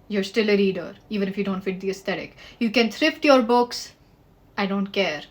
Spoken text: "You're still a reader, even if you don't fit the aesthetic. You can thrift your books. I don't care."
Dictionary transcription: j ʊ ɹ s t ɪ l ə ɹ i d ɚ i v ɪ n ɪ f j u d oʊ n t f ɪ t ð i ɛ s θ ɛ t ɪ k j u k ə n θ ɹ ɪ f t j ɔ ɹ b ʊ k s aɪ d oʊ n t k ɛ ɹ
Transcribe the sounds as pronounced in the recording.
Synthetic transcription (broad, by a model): j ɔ ɹ s t ɪ l ə ɹ i d ɚ i v ɪ n ɪ f j u d oʊ n t f ɪ t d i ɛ s t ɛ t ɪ k j u k ə n t ɹ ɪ f t j ɔ ɹ b ʊ k s aɪ d oʊ n t k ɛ ɹ